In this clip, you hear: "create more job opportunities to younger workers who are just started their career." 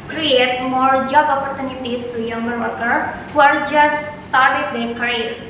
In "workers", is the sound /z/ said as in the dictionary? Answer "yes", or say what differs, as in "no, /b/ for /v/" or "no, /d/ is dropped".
no, /z/ is dropped